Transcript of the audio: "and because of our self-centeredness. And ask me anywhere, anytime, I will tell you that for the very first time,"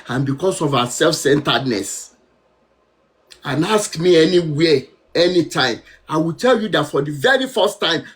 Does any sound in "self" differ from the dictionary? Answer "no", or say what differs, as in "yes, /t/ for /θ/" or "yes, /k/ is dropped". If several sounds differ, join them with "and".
no